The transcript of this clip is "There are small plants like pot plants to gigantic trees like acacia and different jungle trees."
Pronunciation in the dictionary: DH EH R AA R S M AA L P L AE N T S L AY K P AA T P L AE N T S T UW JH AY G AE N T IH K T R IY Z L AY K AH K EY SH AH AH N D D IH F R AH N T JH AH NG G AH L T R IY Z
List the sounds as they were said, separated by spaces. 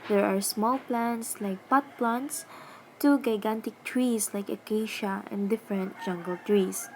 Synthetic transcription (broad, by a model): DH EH R AA R S M AA L P L AE N T S L AY K P AA T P L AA N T S T UW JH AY G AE N T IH K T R IY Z L AY K AH K EY SH AH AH N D D IH F R AH N T JH AH NG G AH L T R IY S